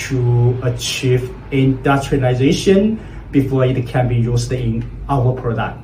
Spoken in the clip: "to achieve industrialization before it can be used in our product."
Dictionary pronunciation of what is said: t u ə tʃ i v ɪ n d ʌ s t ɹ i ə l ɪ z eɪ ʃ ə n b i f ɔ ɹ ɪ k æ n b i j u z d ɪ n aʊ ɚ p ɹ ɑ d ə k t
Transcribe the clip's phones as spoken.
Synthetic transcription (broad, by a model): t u ə tʃ i v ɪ n d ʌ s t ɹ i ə ɪ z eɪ ʃ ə n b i f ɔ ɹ ɪ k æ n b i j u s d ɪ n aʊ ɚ p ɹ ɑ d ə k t